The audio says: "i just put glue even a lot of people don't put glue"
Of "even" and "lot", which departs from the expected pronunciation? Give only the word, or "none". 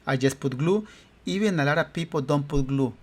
even